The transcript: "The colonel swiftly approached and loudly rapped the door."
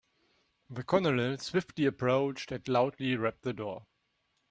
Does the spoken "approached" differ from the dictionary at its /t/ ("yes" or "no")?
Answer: no